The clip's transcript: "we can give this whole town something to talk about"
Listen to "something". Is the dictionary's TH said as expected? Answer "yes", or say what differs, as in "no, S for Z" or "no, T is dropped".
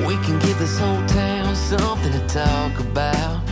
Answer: yes